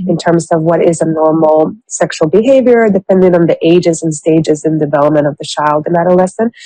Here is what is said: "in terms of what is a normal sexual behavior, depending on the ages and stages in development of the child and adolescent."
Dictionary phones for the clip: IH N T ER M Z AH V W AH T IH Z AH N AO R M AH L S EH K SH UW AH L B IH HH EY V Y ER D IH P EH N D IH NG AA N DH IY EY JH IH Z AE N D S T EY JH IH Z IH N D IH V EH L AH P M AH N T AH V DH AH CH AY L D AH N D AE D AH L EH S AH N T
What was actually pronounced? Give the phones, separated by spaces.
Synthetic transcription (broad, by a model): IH N T ER M Z AH V W AH T IH Z AH N AO R M L S EH K SH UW L B IH HH EY V Y ER D IH P EH N D IH NG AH N DH IY EY JH IH Z N S T EY JH IH Z IH N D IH V EH L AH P M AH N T AH V DH AH CH AY L D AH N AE D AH L EH S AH N